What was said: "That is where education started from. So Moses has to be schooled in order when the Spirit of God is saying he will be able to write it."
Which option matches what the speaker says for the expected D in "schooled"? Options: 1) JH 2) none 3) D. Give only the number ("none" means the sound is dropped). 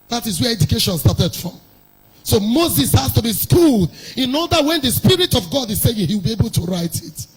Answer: 3